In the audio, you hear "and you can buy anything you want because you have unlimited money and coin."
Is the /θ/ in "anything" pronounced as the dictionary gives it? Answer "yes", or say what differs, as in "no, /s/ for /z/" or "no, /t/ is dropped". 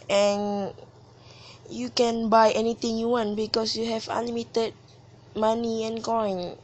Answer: no, /t/ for /θ/